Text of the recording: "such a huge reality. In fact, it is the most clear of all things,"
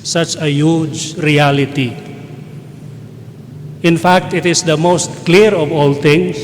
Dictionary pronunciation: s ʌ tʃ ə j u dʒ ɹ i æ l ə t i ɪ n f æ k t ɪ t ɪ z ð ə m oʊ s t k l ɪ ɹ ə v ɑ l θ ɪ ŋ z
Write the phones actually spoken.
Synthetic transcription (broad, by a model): s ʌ tʃ ə j u dʒ ɹ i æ l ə t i ɪ n f æ k t ɪ t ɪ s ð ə m oʊ s t k l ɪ ɹ ə v ɑ l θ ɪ ŋ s